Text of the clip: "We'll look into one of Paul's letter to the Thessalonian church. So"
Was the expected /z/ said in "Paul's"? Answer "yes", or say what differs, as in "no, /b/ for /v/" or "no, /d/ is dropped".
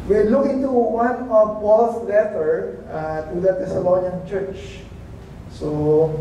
no, /s/ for /z/